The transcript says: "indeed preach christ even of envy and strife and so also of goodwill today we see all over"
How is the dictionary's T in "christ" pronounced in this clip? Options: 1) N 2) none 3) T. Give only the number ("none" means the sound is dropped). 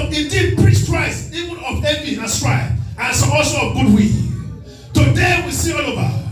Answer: 2